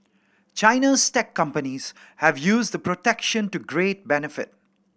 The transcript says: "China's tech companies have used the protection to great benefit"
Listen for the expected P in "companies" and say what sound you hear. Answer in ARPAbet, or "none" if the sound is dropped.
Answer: P